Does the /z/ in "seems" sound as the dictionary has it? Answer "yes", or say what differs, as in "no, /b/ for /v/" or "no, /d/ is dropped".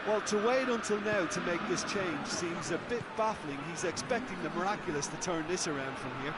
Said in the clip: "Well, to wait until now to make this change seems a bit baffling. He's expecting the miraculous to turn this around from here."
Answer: yes